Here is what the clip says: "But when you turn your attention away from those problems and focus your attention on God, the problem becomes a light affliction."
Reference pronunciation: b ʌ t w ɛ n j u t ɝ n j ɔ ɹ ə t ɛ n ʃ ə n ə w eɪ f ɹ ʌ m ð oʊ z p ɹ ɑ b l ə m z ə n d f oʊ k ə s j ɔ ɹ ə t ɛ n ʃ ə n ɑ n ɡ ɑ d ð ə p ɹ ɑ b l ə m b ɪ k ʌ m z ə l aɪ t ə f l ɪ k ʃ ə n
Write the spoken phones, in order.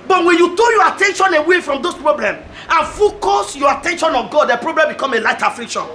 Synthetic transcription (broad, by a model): b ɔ t w ɛ n j u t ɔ j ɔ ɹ ə t ɛ n ʃ ə n ə w eɪ f ɹ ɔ m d oʊ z p ɹ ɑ b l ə m ə n f oʊ k ə s j ɔ ə t ɛ n ʃ ə n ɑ ɡ ɑ d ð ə p ɹ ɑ b l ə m b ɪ k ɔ m ə l aɪ t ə f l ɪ k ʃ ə n